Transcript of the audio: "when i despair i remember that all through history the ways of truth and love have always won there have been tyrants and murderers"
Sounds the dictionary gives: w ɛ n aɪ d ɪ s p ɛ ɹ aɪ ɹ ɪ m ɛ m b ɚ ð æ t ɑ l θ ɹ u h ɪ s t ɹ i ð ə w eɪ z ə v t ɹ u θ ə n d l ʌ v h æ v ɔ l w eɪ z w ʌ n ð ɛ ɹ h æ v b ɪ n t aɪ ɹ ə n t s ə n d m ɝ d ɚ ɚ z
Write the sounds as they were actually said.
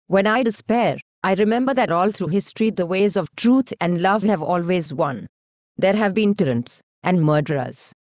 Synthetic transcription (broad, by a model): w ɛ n aɪ d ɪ s p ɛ ɹ aɪ ɹ ɪ m ɛ m b ɚ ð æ t ɑ l t ɹ u h ɪ s t ɹ i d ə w eɪ z ə v t ɹ u t ə n d l ʌ v h æ v ɔ l w eɪ z w ʌ n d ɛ ɹ h æ v b ɪ n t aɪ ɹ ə n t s ə n d m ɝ d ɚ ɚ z